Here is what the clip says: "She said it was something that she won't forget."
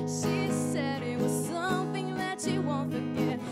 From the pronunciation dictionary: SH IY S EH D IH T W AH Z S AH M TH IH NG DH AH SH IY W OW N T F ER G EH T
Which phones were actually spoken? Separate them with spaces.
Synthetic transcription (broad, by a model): SH IY S EH D IH T W AH Z S AH M TH IH NG DH AH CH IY W OW N T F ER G EH T